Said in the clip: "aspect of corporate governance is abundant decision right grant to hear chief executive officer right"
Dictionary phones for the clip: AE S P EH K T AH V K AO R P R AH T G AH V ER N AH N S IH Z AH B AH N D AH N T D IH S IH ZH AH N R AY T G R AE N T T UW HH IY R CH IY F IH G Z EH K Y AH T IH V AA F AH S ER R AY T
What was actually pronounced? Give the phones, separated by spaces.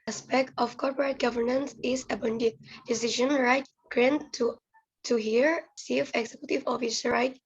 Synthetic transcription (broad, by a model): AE S P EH K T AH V K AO R P R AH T G AH V ER N AH N S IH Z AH B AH N D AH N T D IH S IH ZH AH N R AY T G R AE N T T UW HH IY R S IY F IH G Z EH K Y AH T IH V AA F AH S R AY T